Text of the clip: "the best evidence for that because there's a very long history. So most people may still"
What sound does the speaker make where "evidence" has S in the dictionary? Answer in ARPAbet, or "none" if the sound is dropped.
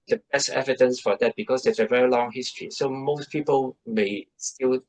S